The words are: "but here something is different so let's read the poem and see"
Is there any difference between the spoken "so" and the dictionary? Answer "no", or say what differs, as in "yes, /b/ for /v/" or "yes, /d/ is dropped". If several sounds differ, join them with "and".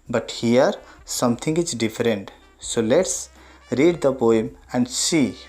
no